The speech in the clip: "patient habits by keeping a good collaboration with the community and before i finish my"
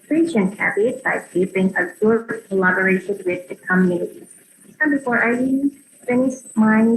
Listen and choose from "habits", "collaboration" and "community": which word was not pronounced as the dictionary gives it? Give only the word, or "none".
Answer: habits